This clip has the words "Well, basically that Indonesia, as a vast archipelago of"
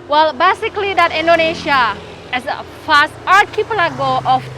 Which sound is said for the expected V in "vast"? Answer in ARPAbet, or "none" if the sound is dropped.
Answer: F